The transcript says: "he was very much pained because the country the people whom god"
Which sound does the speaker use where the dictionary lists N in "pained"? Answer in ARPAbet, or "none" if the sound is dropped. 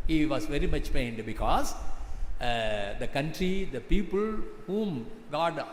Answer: N